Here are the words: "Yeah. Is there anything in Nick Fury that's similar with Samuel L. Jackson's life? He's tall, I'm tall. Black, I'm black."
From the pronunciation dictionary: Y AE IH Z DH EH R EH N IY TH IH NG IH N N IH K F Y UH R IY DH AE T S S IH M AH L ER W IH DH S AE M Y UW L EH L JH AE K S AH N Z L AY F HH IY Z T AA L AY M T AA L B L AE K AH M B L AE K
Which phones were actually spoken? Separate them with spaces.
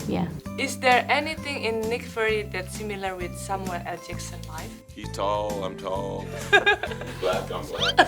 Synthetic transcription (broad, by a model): Y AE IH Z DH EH R EH N IY TH IH NG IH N N IH K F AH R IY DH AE T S S IH M AH L ER W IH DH S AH M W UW N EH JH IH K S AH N L AY F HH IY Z T AA L AY M T AA L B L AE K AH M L